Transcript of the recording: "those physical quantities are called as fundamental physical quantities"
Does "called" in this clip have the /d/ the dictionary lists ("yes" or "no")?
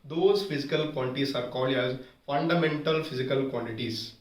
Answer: no